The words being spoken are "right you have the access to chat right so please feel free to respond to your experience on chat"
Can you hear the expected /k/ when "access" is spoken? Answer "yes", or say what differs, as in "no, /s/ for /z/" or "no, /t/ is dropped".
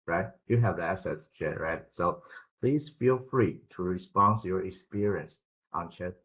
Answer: no, /k/ is dropped